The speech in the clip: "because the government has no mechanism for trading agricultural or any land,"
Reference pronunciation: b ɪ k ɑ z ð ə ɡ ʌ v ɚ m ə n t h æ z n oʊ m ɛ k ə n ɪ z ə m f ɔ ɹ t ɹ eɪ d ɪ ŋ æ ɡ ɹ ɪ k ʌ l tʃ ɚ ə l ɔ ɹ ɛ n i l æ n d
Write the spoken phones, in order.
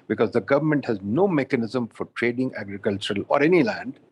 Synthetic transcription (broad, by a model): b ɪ k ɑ z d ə ɡ ʌ v ɚ m ə n t h æ z n oʊ m ɛ k ə n ɪ z ə m f ɔ ɹ t ɹ eɪ d ɪ ŋ æ ɡ ɹ ɪ k ʌ l tʃ ɚ ə l ɔ ɹ ɛ n i l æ n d